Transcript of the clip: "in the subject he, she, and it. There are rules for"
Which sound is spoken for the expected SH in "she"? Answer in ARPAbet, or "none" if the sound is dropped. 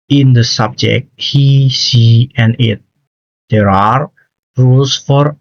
S